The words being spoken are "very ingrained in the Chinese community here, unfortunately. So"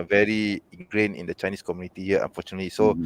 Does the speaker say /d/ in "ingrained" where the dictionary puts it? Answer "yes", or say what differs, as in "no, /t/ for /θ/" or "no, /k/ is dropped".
no, /d/ is dropped